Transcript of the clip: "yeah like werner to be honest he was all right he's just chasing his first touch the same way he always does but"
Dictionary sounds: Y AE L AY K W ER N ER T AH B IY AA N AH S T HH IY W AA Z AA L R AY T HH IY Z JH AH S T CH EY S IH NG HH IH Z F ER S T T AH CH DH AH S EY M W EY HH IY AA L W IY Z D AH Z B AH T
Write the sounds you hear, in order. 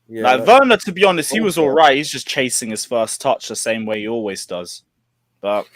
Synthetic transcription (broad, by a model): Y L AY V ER N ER T AH B IY AA N AH S T HH IY W AA Z AA L R AY T HH IY Z JH AH S CH EY S IH NG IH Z F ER S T T AH CH DH AH S EY M W EY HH IY AA L W IY Z D AH Z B AH T